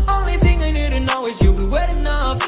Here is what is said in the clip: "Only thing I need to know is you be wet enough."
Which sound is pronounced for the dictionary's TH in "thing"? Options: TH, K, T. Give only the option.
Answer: TH